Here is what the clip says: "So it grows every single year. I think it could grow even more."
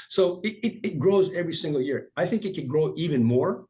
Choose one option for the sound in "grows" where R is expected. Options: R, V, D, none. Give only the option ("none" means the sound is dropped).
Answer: R